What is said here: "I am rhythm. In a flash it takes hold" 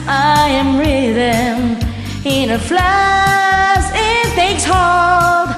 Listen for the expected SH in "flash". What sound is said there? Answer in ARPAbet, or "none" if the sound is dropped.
S